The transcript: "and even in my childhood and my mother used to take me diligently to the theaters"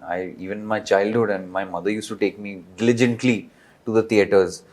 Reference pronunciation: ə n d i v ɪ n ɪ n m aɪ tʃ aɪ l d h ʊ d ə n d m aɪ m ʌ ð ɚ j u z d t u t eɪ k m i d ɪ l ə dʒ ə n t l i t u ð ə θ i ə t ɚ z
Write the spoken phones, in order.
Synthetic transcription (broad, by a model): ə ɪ ɪ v ɪ n m aɪ tʃ aɪ l d h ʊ d ə n d m aɪ m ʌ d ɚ j u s t u t eɪ k m i d ɪ l ə dʒ ə n t l i t u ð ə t i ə t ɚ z